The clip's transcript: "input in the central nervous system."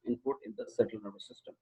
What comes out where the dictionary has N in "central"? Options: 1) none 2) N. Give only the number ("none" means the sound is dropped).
1